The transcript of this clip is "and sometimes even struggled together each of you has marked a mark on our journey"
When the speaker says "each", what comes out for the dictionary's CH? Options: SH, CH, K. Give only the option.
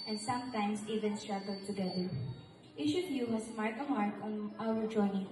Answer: SH